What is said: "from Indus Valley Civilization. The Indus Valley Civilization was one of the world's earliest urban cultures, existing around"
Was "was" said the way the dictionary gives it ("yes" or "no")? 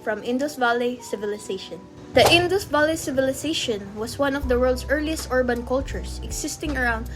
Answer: no